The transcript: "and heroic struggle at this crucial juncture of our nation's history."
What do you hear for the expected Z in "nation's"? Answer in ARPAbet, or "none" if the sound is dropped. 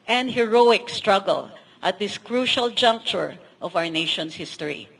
S